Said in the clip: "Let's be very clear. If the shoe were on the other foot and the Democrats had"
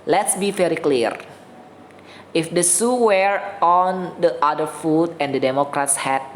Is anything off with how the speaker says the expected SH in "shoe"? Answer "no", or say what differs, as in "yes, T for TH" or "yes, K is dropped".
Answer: yes, S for SH